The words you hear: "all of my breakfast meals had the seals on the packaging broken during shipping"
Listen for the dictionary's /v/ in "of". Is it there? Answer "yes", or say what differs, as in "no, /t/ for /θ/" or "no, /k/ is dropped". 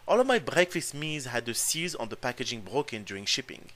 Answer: yes